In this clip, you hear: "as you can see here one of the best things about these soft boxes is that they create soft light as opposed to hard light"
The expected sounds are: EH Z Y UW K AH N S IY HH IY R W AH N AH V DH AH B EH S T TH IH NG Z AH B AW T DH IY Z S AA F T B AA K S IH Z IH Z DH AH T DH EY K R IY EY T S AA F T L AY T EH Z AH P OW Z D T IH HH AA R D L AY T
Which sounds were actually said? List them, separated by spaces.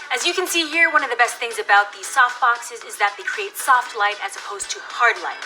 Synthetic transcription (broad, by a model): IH Z Y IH K AH N S IY HH IY R W AH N AH V DH AH B EH S T TH IH NG Z AH B AW T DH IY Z S AA F T B AA K S IH Z IH Z DH AH T DH EY K R IY EY T S AA F T L AY T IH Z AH P OW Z T IH HH AA R D L AY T